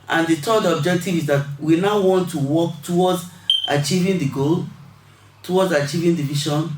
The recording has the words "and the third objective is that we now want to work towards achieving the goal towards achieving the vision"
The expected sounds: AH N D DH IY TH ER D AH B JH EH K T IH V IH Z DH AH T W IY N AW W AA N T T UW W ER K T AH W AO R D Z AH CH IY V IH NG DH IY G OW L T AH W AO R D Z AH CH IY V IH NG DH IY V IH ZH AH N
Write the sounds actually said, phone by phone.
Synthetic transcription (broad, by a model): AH N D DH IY T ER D AH B JH EH K T IH V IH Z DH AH T W IY N AW W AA N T T UW W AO K T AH W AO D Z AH CH IY V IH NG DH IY G OW L T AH W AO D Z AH CH IY V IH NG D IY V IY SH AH N